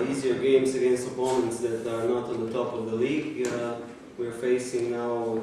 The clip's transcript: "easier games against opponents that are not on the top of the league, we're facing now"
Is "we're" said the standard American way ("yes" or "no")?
yes